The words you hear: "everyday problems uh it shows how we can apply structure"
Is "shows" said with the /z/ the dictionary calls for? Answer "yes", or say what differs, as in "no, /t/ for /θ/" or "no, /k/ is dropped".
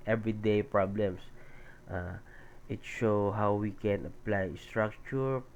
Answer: no, /z/ is dropped